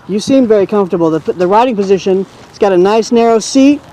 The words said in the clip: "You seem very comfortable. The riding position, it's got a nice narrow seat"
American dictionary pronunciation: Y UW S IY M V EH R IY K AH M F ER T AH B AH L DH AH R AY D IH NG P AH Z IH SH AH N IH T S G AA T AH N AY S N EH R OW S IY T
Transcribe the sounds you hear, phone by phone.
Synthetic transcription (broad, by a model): Y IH S IY M V EH R IY K AH M F T AH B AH L DH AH R AY D IH NG P AH Z IH SH AH N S G AA T AH N AY S N EH R OW S IY T